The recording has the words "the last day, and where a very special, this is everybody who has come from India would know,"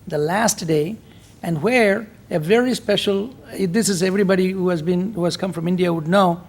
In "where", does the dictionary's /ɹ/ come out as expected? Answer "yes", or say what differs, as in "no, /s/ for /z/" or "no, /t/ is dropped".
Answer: yes